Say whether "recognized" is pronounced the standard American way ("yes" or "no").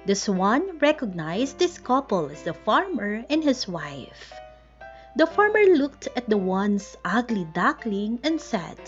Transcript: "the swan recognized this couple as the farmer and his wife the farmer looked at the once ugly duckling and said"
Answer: no